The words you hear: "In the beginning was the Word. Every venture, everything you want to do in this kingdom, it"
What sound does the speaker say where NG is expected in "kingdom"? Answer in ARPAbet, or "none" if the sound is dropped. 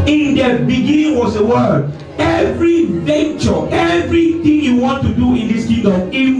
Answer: none